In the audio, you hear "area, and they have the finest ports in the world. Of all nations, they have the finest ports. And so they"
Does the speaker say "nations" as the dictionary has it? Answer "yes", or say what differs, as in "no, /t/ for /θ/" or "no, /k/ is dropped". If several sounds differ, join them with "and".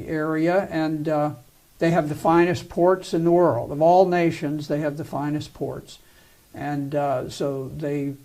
yes